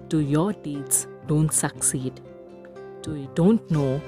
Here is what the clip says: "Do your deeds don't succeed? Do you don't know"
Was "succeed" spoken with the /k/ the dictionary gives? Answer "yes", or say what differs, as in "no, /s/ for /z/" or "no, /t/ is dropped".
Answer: yes